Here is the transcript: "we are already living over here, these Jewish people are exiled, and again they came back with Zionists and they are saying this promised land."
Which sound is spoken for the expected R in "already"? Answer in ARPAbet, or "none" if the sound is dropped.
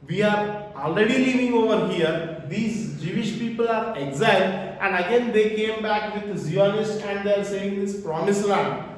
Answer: R